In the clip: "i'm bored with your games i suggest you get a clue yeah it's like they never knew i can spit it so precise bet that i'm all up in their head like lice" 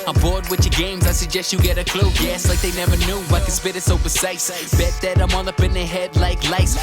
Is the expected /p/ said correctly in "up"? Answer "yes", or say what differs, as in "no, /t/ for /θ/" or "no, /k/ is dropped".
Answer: no, /b/ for /p/